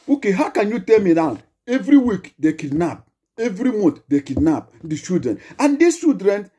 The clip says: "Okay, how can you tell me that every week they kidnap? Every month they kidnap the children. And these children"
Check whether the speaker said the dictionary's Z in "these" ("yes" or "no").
no